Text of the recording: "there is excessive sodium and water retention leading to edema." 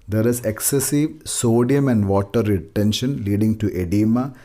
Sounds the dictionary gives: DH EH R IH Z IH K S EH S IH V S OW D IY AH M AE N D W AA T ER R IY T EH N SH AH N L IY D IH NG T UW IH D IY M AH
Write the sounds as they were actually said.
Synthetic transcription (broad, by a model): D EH R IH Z IH K S EH S IH V S OW D IY AH M AE N D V AA T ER R IY T EH N SH AH N L IY D IH NG T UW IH D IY M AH